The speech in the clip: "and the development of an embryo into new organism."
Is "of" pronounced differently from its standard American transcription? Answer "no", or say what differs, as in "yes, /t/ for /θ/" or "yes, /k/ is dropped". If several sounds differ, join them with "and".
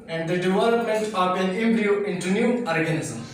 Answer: yes, /p/ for /v/